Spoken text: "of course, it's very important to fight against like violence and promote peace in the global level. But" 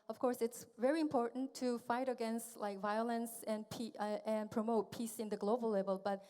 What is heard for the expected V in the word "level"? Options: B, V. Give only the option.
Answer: V